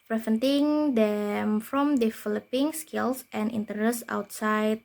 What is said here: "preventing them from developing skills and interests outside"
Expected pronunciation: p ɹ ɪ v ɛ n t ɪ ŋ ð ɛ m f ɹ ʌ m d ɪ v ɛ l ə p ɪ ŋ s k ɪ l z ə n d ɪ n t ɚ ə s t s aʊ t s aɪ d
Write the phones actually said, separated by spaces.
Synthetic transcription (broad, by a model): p ɹ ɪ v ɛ n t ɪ ŋ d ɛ m f ɹ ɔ m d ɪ f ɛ l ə p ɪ ŋ s k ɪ l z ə n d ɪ n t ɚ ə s s aʊ t s aɪ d